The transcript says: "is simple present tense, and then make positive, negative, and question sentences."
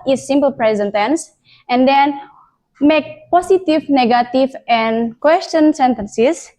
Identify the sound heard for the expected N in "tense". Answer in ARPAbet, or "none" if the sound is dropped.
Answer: N